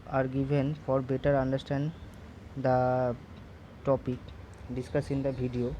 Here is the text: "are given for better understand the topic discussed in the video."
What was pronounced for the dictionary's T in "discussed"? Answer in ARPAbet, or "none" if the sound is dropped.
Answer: none